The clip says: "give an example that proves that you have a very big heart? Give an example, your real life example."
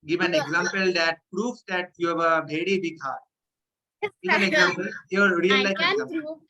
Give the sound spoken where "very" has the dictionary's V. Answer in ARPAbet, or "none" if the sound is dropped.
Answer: B